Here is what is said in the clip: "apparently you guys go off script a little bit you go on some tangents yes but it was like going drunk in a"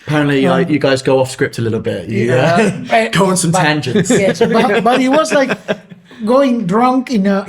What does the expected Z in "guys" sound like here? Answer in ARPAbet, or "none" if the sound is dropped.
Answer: Z